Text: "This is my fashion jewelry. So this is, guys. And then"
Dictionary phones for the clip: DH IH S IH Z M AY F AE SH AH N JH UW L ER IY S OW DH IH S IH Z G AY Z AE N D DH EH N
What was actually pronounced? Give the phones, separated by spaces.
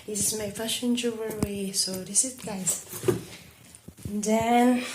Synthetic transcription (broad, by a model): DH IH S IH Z M AY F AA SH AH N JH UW W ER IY S OW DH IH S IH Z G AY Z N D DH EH N